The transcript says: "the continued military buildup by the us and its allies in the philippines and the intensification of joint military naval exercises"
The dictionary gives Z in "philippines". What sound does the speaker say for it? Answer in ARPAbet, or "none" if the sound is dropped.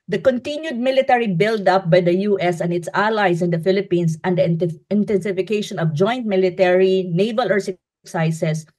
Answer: S